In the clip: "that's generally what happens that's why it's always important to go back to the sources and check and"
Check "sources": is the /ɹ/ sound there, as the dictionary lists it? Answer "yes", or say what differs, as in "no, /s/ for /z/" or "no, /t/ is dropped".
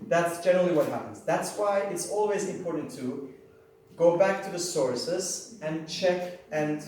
yes